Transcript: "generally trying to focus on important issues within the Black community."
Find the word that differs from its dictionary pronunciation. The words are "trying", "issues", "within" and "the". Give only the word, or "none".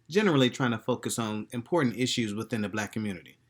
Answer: none